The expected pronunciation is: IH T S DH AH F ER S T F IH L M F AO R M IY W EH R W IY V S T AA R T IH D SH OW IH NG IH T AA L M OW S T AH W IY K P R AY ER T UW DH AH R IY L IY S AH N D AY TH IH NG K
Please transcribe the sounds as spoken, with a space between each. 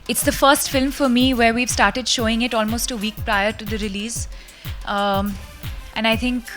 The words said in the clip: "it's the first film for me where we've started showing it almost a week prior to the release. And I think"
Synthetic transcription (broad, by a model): IH T S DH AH F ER S T F IH L M F AO R M IY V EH R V IY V S T AA R T IH D SH OW IH NG IH T AA L M OW S T AH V IY K P R AY ER T UW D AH R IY L IY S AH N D AY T IH NG K